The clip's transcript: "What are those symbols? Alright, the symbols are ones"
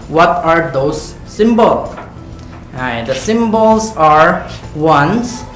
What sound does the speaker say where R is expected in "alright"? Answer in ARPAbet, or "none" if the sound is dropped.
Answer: none